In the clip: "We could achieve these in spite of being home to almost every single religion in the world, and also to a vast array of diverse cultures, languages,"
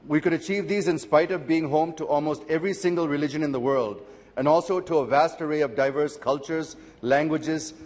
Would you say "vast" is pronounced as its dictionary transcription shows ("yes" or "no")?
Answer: yes